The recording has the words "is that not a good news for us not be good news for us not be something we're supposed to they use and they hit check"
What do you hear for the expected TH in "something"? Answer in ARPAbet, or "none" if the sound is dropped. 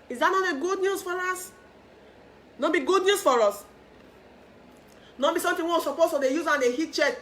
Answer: T